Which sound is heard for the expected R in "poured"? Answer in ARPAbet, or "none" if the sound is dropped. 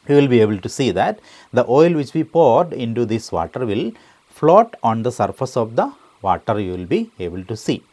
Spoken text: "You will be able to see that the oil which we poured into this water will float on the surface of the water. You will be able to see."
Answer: R